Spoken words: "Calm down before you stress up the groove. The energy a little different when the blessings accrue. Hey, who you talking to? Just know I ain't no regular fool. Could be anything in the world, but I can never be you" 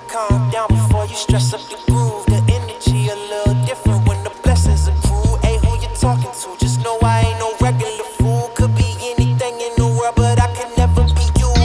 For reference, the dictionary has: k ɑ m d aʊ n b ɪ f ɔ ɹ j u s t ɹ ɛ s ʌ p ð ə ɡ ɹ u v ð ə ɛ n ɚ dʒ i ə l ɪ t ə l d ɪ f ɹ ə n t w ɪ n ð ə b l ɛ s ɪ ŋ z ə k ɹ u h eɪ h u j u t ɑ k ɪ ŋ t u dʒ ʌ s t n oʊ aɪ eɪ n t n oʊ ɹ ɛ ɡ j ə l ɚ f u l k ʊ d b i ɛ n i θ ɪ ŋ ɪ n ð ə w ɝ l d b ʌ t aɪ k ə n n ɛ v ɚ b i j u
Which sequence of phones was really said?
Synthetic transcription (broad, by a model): k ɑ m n aʊ b ɪ f ɔ ɹ j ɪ s t ɹ ɛ s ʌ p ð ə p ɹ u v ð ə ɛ n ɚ dʒ i ə l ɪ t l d ɪ f ɹ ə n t w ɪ n ð ə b l ɛ s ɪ z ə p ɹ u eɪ h u j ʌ t ɑ k ɪ ŋ t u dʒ ʌ s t n oʊ aɪ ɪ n n oʊ ɹ ɛ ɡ j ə l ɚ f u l k ʊ d b i ɛ n i θ ɪ ŋ ɪ n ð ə w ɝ b ʌ t aɪ k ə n n ɛ v ɚ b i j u